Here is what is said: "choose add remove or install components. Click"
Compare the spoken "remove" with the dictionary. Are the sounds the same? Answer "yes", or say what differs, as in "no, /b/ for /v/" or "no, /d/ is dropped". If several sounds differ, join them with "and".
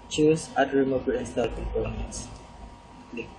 no, /b/ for /v/